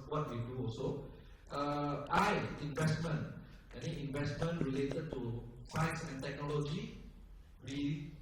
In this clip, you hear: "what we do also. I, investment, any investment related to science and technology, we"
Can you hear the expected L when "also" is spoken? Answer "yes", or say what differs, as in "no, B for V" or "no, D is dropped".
no, L is dropped